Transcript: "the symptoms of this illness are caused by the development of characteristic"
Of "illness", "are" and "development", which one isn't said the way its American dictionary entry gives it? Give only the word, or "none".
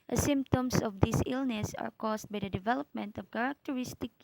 none